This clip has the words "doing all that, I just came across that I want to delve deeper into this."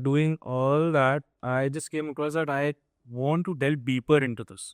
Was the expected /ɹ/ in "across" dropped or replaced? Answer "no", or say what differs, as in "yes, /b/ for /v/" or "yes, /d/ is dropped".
yes, /ɹ/ is dropped